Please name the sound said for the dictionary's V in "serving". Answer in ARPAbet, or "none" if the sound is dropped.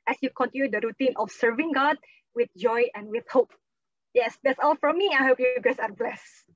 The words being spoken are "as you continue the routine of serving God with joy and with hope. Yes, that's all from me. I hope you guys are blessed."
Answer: V